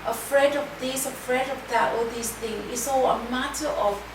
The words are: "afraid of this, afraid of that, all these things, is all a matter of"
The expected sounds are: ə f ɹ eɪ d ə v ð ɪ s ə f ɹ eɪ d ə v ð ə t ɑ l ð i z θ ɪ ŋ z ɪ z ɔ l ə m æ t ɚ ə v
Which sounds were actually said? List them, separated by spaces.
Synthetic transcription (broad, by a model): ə f ɹ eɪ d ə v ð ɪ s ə f ɹ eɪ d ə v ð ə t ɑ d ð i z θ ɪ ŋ ɪ s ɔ ə m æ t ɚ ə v